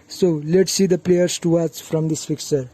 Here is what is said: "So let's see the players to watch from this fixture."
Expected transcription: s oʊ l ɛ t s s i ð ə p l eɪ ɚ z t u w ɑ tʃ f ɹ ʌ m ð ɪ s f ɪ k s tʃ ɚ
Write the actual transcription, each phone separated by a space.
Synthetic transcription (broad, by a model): s oʊ l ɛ t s s i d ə p l eɪ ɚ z t u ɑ s f ɹ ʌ m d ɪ s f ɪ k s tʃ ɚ